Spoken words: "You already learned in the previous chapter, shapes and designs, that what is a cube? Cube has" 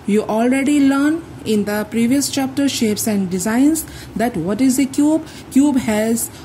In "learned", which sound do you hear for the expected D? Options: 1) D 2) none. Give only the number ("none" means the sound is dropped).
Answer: 2